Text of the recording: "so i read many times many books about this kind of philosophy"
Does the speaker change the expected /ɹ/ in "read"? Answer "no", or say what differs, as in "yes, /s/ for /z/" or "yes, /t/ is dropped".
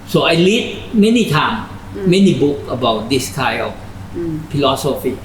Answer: yes, /l/ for /ɹ/